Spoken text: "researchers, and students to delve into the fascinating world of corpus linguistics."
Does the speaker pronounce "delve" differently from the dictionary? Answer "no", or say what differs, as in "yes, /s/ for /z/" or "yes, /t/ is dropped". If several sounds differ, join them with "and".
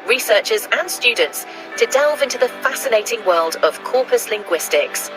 no